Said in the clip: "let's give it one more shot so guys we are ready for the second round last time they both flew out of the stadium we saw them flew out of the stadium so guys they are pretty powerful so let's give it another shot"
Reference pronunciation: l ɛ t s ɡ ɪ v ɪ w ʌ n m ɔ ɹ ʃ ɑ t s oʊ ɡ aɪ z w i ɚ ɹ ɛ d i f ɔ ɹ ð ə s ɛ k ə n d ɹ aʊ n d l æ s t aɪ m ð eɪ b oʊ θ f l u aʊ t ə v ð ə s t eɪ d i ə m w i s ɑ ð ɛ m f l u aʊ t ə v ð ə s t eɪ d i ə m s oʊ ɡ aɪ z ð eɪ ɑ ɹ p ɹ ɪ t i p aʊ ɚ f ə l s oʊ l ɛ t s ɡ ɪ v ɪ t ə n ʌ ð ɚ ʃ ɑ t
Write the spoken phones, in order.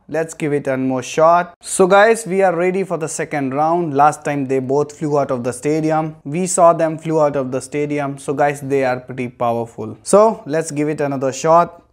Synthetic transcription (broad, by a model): l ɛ t s ɡ ɪ v ɪ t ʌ n m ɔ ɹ ʃ ɑ t s oʊ ɡ aɪ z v i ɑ ɹ ɛ d i f ɔ ɹ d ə s ɛ k ə n d ɹ aʊ n d l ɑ s t aɪ m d eɪ b oʊ t f l u aʊ t ə v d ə s t eɪ d i ə m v i s ɑ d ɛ m f l u aʊ t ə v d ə s t eɪ d i ə m s oʊ ɡ aɪ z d eɪ ɑ ɹ p ɹ ɪ t i p aʊ ɚ f ə l s oʊ l ɛ t s ɡ ɪ v ɪ t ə n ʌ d ɚ ʃ ɑ t